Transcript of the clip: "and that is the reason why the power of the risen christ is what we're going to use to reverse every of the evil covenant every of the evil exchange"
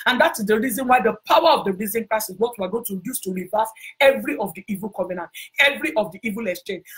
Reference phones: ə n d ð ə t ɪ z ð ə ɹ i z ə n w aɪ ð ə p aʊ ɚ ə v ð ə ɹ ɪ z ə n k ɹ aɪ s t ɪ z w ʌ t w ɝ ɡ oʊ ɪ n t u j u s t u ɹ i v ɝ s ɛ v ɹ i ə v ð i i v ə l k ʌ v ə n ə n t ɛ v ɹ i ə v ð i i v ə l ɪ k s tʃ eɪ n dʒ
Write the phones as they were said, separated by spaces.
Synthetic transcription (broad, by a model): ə n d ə t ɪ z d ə ɹ i z ə n w aɪ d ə p aʊ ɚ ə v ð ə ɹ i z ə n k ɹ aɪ s ɪ s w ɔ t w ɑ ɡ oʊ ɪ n t u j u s t u ɹ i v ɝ s ɛ v ɹ i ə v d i i v ə l k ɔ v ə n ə n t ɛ v ɹ i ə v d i i v ə l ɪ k s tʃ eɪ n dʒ